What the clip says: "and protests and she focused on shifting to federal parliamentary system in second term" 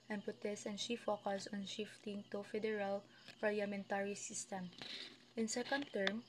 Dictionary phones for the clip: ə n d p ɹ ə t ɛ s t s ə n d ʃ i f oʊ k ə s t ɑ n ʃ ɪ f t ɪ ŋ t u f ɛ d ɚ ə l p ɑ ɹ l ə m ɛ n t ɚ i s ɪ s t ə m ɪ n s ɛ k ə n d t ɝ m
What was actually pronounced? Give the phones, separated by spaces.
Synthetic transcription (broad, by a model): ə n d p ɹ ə t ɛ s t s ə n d ʃ i f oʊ k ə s ɑ n ʃ ɪ f t ɪ ŋ t u f ɛ d ɚ ə l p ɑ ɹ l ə m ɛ n t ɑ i s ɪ s t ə m ɪ n s ɛ k ə n d t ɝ m